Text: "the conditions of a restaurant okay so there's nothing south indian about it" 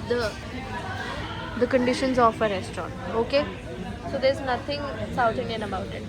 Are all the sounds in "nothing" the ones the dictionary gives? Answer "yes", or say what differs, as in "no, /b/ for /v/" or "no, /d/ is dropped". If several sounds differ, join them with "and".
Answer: no, /t/ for /θ/